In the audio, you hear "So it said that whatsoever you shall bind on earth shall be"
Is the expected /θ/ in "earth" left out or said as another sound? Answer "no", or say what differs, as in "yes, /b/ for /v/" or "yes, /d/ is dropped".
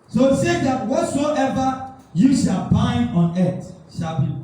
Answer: yes, /t/ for /θ/